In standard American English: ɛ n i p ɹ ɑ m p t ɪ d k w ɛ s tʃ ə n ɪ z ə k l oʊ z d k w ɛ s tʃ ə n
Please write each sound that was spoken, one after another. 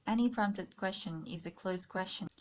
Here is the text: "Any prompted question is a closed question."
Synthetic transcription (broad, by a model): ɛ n i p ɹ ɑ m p t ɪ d k w ɛ s tʃ ə n ɪ z ə k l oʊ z k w ɛ s tʃ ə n